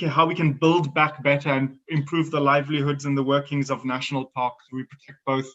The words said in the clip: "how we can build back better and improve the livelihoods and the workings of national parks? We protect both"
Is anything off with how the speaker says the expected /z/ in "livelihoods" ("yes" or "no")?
no